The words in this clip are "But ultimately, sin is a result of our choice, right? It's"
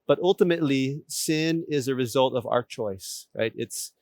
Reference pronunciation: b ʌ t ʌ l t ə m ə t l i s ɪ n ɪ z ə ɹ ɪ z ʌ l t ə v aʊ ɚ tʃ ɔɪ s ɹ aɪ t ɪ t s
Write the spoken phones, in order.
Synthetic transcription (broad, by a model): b ʌ t ʌ l t ə m ə t l i s ɪ n ɪ z ə ɹ ɪ z ʌ l t ə v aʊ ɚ tʃ ɔɪ s ɹ aɪ t ɪ t s